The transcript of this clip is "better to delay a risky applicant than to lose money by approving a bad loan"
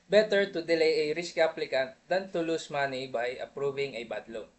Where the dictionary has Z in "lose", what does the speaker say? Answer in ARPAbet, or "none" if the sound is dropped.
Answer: S